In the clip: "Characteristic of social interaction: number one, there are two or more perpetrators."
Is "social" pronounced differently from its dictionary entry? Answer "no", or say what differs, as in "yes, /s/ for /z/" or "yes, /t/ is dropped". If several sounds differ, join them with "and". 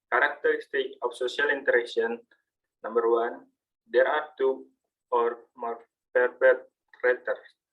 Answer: yes, /s/ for /ʃ/